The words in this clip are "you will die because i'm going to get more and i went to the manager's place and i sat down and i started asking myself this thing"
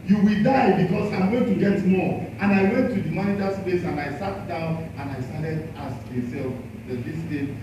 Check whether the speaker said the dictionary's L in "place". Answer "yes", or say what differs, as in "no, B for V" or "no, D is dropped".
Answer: no, L is dropped